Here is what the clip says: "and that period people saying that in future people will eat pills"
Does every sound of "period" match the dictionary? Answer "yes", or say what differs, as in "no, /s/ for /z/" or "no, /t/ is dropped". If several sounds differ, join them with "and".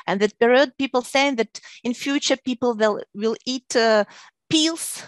no, /b/ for /p/